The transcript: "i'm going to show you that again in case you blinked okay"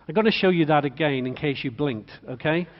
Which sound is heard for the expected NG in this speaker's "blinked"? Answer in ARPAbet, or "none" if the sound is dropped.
NG